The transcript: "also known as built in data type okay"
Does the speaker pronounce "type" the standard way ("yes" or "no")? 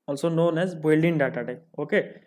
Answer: no